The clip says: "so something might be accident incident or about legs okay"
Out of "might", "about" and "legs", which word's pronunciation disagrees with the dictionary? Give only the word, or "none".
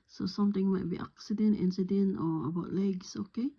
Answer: legs